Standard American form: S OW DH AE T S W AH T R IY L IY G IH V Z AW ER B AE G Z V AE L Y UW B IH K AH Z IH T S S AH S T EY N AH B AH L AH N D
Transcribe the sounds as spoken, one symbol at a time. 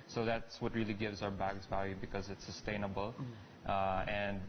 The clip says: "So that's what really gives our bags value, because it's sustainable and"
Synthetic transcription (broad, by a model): S OW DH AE T S W AH T R IY L IY G IH V Z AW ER B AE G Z V AE L Y UW B IH K AH Z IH T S S AH S T EY N AH B AH L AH N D